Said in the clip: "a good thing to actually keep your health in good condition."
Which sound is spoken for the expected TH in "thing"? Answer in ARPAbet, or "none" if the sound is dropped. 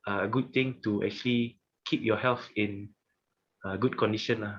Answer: T